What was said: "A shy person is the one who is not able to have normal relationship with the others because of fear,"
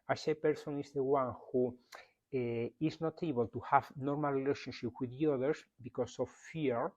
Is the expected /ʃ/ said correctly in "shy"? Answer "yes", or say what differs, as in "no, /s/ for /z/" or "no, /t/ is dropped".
no, /s/ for /ʃ/